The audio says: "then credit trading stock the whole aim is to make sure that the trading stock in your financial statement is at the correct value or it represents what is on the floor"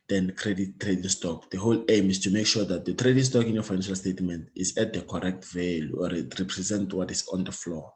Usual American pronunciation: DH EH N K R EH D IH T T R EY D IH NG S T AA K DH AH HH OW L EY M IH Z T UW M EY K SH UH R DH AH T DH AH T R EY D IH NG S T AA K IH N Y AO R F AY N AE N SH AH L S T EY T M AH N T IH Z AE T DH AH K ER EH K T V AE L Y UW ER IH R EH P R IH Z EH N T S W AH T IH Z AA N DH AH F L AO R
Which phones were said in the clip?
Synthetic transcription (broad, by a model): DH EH N K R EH D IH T T R EY D IH NG S T AA K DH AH HH OW L EY M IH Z T UW M EY K SH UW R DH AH T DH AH T R EY D IH NG S T AA K IH N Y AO F AY N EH N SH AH L S T EY T M AH N T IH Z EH T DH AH K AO EH K T V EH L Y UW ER IH R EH P R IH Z EH N T W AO T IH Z AA N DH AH F L AO